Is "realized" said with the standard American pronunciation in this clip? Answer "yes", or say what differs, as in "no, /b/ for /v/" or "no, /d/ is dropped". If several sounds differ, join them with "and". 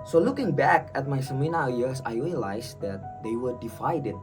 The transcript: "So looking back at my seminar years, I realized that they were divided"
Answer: no, /s/ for /z/